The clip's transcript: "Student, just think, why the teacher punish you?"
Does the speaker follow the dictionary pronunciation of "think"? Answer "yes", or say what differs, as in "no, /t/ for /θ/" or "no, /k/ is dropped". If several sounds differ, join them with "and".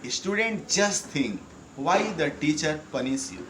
no, /t/ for /θ/